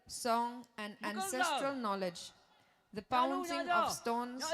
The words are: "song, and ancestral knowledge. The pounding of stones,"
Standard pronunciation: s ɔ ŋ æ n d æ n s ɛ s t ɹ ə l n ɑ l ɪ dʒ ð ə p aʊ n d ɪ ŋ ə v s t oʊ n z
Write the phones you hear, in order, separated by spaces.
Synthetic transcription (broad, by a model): s ɔ ŋ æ n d æ n s ɛ s t ɹ ə l n ɑ l ɪ dʒ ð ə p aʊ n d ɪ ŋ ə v s t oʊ n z